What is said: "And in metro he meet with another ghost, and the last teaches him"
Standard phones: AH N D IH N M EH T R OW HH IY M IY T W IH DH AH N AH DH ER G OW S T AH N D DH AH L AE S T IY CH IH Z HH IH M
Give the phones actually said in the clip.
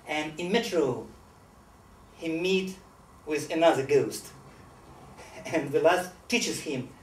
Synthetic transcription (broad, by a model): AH N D IH N M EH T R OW HH IY M IY T W IH DH AH N AH DH ER G OW S T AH N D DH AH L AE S T IY CH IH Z HH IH M